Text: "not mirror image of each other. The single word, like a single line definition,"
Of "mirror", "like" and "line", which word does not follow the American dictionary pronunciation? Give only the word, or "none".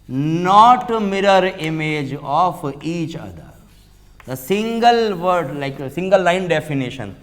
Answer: none